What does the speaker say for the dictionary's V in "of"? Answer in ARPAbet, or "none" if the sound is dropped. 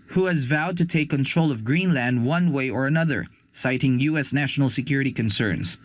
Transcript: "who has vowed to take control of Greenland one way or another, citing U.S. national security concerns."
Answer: V